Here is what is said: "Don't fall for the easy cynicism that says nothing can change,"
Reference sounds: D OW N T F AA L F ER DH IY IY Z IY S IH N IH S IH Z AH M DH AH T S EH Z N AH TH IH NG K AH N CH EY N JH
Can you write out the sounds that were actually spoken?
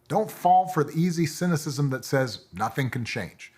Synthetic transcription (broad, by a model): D OW N T F AA L F ER DH IY IY Z IY S IH N IH S IH Z AH M DH AH T S EH Z N AH TH IH NG K N CH EY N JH